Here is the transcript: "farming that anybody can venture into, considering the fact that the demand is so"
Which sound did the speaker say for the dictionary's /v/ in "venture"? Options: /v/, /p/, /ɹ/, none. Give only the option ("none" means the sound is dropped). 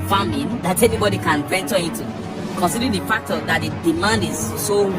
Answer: /p/